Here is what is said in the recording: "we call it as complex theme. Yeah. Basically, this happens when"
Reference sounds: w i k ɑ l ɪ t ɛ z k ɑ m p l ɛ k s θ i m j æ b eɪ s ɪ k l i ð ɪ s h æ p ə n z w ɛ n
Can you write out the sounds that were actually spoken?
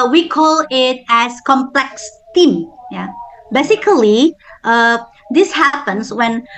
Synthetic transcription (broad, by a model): w i k ɑ l ɪ t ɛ s k ɑ m p l ɛ k s t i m j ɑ b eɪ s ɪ k l i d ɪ s h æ p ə n s w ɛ n